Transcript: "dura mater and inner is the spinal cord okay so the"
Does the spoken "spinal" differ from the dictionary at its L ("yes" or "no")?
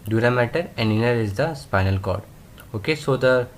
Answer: no